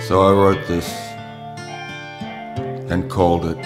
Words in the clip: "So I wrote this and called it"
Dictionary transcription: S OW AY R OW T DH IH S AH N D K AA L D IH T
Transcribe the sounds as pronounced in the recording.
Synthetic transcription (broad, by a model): S OW AY W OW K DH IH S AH N K AA L D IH T